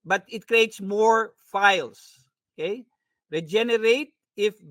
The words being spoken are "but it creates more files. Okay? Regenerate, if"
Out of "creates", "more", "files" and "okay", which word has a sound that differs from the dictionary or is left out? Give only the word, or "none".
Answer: files